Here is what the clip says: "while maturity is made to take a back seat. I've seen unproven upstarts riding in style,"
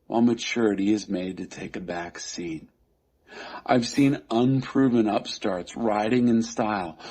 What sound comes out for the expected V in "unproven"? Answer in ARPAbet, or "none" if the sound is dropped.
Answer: V